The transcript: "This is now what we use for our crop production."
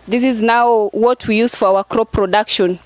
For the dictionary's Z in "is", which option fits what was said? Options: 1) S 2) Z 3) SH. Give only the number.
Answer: 2